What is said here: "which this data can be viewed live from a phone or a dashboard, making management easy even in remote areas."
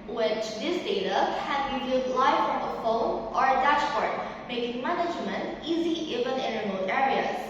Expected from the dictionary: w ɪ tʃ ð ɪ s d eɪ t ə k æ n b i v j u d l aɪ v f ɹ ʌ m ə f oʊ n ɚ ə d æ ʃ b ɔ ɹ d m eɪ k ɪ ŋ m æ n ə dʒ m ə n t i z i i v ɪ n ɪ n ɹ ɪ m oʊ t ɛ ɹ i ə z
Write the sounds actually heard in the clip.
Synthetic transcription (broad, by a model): w ɪ tʃ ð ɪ s d eɪ t ə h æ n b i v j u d l aɪ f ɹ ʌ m ə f oʊ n ɚ ə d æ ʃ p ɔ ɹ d m eɪ k ɪ ŋ m æ n ə dʒ m ə n t i z i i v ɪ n ɪ n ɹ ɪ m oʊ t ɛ ɹ i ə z